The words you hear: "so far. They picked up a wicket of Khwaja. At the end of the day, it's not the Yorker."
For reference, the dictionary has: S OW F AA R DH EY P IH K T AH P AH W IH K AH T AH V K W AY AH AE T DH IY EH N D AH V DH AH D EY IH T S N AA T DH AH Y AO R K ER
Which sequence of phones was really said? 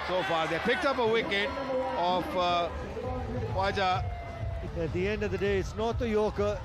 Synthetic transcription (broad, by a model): S OW F AA R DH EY P IH K T AH P AH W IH K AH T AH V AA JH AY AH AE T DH IY EH N D AH V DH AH D EY IH T S N AA T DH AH Y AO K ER